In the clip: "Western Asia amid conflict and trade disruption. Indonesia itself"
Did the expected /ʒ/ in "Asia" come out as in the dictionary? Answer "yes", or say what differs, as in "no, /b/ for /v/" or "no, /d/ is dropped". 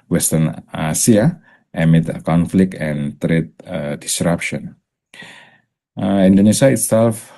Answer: no, /s/ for /ʒ/